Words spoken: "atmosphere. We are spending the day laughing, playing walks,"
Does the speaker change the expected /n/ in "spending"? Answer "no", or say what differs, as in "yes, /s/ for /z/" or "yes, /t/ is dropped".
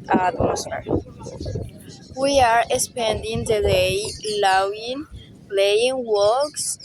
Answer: no